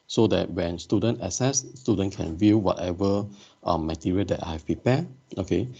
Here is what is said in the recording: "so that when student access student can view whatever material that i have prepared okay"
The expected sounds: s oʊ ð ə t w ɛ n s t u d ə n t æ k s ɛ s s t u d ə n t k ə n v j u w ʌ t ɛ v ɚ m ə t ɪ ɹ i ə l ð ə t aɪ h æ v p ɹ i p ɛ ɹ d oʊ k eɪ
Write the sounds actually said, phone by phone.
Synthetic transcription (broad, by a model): s oʊ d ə t w ɛ n s t u d ə n t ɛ s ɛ s s t u d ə n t k ə n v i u w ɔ t ɛ v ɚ m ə t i ɹ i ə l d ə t aɪ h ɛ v p ɹ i p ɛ oʊ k eɪ